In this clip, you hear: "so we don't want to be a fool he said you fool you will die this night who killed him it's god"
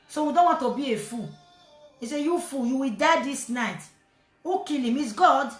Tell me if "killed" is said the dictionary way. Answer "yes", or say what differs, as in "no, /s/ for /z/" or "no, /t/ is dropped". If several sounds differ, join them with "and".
no, /d/ is dropped